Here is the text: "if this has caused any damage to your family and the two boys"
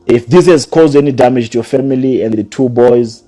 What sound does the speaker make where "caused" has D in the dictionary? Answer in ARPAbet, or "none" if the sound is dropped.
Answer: D